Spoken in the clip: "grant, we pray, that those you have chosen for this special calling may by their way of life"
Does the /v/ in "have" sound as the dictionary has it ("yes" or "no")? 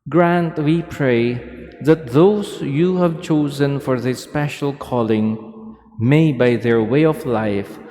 yes